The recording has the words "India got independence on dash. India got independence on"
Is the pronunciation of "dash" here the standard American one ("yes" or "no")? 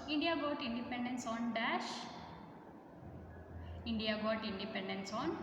yes